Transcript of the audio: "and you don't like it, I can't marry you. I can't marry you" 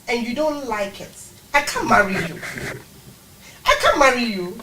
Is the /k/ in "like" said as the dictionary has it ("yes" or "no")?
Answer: yes